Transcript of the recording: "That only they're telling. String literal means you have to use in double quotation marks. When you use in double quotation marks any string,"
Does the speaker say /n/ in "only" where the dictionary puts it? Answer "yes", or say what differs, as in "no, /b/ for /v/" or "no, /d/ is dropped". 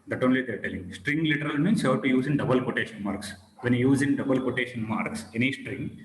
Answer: yes